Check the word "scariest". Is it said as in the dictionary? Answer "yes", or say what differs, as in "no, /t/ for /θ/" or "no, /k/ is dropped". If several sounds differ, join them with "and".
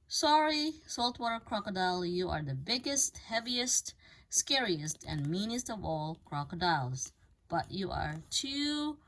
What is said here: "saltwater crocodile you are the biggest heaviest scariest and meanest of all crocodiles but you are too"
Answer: yes